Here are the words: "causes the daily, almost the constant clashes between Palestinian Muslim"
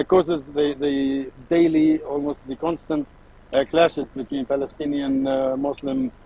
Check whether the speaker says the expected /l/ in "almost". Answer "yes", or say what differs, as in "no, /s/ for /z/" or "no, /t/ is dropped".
yes